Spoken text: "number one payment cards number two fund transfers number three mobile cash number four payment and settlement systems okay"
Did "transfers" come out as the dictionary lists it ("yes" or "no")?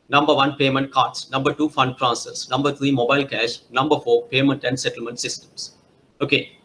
no